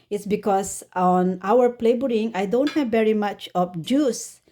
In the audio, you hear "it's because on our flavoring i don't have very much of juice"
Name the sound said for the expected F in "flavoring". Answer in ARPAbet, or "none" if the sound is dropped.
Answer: P